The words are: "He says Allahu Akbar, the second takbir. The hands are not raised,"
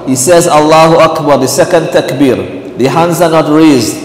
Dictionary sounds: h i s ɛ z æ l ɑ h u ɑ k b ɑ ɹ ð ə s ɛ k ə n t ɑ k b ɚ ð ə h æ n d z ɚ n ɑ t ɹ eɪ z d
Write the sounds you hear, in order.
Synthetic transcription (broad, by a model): h i s ɛ z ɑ l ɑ h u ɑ k b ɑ ɹ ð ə s ɛ k ə n t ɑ k b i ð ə h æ n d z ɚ n ɑ t ɹ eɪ z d